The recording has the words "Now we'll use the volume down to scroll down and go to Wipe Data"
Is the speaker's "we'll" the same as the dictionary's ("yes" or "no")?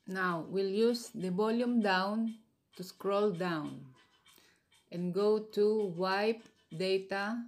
yes